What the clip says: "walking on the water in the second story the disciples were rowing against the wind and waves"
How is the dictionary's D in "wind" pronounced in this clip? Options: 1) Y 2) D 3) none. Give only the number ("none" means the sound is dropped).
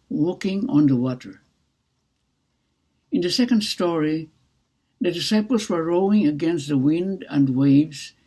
2